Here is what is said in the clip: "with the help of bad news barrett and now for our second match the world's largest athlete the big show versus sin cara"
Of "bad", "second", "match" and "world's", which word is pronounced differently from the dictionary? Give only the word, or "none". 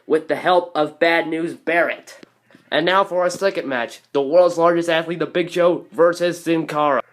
none